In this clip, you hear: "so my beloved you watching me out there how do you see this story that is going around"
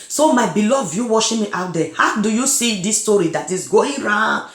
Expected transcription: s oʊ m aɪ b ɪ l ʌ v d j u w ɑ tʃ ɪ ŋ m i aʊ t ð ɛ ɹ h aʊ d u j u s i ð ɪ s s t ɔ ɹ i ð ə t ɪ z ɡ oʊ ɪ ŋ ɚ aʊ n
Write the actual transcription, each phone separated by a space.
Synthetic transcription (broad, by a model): s oʊ m aɪ b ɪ l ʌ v j u w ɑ ʃ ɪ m i aʊ t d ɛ h aʊ d u j u s i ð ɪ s s t ɔ ɹ i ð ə t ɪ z ɡ oʊ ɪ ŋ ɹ aʊ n